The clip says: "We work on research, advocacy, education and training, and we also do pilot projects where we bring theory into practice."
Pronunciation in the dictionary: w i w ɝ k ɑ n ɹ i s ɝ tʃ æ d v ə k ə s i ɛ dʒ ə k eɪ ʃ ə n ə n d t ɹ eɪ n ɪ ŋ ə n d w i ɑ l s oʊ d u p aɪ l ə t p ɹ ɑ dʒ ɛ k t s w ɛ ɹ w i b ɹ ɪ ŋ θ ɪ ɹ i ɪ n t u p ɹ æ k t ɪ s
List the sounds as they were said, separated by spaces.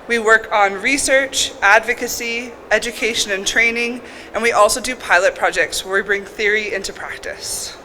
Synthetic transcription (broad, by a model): w i w ɝ k n ɹ i s ɝ tʃ æ d v ə k ə s i ɛ dʒ ə k eɪ ʃ ə n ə n t ɹ eɪ n ɪ ŋ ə n w i ɑ l s oʊ d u p aɪ l ə t p ɹ ɑ dʒ ɛ k t s w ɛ ɹ w i b ɹ ɪ ŋ θ ɪ ɹ i ɪ n t u p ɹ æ k t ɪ s